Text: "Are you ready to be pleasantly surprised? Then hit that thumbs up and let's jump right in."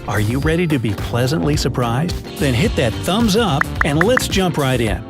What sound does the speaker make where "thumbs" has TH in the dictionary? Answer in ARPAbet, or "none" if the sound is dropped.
TH